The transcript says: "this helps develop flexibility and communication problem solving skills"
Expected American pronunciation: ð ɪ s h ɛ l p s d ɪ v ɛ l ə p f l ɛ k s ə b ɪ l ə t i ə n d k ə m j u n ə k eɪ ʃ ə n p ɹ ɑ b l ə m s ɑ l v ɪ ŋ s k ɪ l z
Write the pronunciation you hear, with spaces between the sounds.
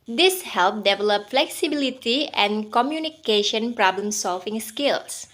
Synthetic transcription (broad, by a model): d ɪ s h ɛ l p d ɪ v ɛ l ə p f l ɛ k s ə b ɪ l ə t i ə n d k ə m j u n ə k eɪ ʃ ə n p ɹ ɑ b l ə m s ɑ l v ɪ ŋ s k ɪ l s